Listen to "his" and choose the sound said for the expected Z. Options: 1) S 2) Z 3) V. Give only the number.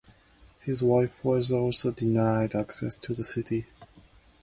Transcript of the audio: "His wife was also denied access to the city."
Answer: 2